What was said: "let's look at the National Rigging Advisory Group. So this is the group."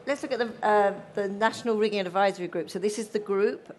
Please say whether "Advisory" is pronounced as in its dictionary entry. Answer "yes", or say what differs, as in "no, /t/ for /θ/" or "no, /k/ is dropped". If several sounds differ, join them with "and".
yes